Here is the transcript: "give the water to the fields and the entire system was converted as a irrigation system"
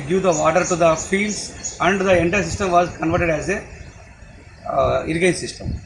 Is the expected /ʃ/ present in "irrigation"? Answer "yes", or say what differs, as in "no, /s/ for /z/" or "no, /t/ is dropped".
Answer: no, /ʃ/ is dropped